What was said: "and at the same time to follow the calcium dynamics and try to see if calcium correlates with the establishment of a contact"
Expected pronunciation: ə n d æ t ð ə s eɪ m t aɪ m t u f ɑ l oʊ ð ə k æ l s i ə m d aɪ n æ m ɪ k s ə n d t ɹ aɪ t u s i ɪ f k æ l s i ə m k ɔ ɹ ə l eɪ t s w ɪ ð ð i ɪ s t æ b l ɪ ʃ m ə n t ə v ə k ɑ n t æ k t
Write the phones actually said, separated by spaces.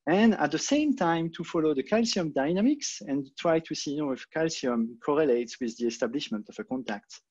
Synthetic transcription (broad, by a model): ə n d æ t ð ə s eɪ m t aɪ m t u f ɑ l oʊ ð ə k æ l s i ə m d aɪ n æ m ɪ k s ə n t ɹ aɪ t u s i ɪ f k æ l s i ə m k ɔ ɹ ə l eɪ t s w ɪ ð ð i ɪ s t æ b l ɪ ʃ m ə n t ə v ə k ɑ n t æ k t